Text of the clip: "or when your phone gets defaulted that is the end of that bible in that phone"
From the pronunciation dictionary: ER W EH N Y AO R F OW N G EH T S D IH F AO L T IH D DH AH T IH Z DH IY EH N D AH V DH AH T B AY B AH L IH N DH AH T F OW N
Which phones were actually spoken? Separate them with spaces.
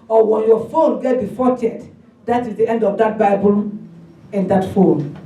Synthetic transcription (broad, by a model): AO W EH N Y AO F OW N G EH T D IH F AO T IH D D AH T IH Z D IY EH N D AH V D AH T B AY B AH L IH N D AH T F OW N